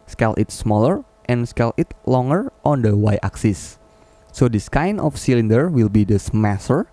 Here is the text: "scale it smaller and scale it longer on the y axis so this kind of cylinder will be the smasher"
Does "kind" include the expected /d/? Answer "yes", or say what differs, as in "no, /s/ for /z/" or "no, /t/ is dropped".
no, /d/ is dropped